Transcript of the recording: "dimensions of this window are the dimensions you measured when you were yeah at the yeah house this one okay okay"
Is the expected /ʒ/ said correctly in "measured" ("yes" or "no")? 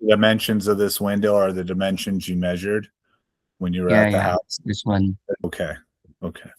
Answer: yes